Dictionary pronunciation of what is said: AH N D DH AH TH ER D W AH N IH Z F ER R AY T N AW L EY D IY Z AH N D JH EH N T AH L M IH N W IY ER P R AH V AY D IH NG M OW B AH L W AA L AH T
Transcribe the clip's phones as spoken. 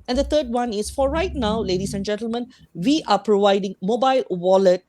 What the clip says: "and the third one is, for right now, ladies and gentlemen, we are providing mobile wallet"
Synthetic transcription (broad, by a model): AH N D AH T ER D W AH N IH S F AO R AY T N AW L EY D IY S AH N JH EH N T AH L M IH N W IY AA P R AH V AY D IH NG M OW B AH L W AA L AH T